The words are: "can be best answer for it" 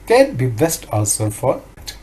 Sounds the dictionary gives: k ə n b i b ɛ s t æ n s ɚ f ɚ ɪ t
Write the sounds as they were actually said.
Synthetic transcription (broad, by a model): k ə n b i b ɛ s t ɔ l s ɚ f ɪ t